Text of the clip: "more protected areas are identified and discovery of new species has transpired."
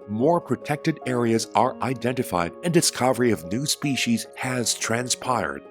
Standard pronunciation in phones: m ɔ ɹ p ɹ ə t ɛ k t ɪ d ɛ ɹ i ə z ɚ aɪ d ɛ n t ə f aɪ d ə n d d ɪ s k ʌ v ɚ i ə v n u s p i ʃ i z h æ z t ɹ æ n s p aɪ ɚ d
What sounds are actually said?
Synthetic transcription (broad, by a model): m ɔ ɹ p ɹ ə t ɛ k t ɪ d ɛ ɹ i ə z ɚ aɪ d ɛ n t ə f aɪ d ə n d d ɪ s k ʌ v ɚ i ə v n u s p i ʃ i z h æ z t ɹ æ n s p aɪ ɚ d